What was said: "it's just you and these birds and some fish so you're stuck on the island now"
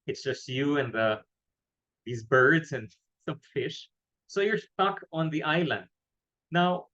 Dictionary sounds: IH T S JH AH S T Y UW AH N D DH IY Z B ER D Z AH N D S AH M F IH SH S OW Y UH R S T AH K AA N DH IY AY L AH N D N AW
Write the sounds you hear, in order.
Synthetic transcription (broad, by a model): IH T S JH AH S T Y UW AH N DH DH IY Z B ER D Z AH N S AH M F IH SH S OW Y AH R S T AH K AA N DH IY AY L AH N D N AW